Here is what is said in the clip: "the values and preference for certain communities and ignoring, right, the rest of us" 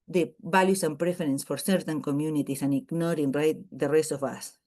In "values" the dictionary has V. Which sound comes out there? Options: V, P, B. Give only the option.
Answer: B